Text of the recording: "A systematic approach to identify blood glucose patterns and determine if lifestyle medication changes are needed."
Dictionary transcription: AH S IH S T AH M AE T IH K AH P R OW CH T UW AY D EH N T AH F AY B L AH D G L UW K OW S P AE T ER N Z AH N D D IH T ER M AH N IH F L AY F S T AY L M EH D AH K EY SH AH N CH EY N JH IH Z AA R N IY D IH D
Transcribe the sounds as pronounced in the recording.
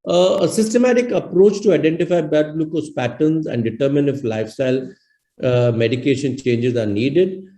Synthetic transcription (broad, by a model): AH S IH S T AH M AE T IH K AH P R OW CH T UW AY D EH N T AH F AY B AH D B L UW K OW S P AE T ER N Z AH N D D IH T ER M AH N IH F L AY F S T AY L M EH D AH K EY SH AH N CH EY N JH IH Z AA R N IY D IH D